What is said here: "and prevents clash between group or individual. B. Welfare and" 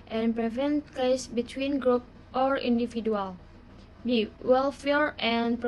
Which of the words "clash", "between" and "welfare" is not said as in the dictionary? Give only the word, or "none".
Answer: clash